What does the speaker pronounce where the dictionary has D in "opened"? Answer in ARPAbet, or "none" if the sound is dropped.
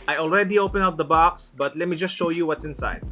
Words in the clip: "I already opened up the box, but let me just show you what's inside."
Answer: none